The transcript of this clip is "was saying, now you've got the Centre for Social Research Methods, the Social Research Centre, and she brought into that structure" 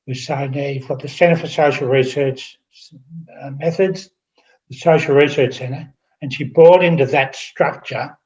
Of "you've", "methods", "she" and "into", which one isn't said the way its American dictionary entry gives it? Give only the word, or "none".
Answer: none